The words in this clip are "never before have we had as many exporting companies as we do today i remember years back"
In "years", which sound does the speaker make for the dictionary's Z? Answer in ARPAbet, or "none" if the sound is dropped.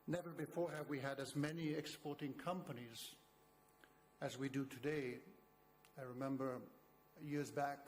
Z